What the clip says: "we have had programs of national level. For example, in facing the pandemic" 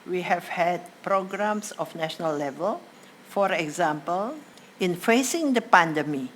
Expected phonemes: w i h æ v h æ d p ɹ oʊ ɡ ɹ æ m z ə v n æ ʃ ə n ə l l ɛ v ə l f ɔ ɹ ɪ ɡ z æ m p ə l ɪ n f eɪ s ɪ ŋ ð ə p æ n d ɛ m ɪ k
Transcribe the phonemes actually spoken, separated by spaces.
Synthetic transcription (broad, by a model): w i h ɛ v h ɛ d p ɹ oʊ ɡ ɹ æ m s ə f n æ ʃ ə n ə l l ɛ v ə l f ɔ ɹ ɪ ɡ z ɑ m p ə l ɪ n f eɪ s ɪ ŋ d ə p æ n d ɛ m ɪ